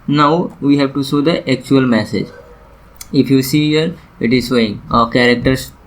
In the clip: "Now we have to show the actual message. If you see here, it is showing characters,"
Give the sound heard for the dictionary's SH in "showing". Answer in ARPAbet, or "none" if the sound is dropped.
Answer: S